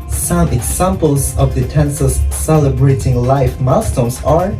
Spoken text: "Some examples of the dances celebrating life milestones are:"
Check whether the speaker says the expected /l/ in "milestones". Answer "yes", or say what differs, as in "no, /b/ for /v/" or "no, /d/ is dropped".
no, /l/ is dropped